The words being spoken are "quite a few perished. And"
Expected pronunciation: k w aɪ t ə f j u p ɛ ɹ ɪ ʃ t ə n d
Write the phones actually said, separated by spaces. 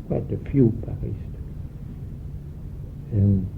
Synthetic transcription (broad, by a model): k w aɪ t ə f j u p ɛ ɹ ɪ s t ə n